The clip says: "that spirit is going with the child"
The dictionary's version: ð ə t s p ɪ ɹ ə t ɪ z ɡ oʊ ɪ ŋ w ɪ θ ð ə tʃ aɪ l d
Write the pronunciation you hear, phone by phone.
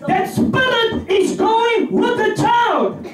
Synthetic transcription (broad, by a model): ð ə t s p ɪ l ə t ɪ z ɡ oʊ ɪ ŋ w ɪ ð ə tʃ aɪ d